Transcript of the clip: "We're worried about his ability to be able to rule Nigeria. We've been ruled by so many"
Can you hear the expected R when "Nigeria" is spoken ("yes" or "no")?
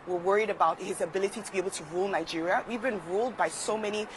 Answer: yes